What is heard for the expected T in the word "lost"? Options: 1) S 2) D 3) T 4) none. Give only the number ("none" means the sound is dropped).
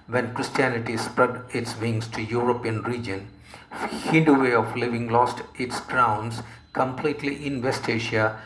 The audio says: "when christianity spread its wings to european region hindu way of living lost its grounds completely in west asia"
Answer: 3